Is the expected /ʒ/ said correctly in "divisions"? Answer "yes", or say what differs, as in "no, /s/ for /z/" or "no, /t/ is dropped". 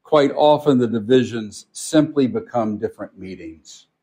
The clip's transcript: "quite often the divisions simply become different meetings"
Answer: yes